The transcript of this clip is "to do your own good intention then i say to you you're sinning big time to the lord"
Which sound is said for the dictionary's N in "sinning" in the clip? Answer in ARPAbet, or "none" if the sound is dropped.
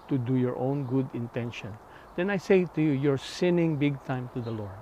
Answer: N